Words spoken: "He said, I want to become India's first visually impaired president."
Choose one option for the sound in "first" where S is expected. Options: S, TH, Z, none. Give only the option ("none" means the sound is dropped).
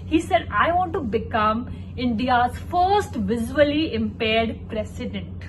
S